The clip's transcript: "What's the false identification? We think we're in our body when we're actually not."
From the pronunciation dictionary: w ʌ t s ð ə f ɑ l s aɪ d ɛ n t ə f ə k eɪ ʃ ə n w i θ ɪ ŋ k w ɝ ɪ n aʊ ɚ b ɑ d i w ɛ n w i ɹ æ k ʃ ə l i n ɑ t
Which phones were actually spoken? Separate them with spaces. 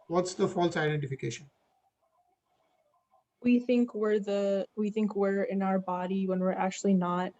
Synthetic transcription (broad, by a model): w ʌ t s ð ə f ɑ l s aɪ d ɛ n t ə f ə k eɪ ʃ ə n w i θ ɪ ŋ k w ɝ ɪ n aʊ ɚ b ɑ d i w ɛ n w i ɹ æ k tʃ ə l i n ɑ t